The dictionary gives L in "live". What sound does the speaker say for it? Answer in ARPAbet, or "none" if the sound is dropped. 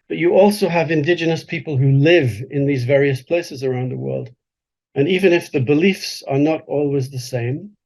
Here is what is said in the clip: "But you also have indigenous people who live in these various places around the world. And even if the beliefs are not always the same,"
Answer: L